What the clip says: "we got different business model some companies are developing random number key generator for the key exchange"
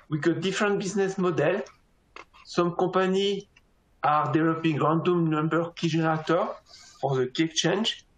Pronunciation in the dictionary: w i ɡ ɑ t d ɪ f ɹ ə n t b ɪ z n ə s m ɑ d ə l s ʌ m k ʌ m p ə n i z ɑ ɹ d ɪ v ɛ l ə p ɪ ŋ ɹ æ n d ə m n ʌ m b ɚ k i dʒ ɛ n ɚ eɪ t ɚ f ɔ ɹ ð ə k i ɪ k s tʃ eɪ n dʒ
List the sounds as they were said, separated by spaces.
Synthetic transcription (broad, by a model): w i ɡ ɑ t d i f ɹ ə n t b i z n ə s m ɑ d ə l s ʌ m k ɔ p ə n i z ɑ ɹ d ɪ v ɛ l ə p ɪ ŋ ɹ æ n d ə m n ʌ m b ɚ k i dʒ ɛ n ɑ t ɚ f ɔ ɹ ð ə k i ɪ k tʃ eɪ n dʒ